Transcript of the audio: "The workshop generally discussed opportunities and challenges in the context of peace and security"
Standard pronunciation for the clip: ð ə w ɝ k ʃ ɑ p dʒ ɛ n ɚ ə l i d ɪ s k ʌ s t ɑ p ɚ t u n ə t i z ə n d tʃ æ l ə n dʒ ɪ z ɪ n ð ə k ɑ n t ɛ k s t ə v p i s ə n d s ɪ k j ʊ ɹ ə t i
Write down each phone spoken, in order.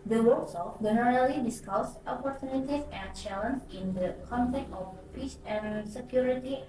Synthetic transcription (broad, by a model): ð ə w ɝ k s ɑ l dʒ ɛ n ɚ ə l i d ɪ s k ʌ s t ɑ p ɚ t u n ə t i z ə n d tʃ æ l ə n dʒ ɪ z ɪ n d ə k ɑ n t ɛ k t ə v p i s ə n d s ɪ k j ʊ ɹ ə t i